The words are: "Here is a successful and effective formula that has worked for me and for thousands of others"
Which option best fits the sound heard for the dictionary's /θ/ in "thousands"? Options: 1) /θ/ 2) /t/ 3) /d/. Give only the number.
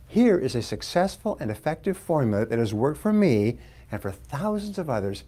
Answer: 1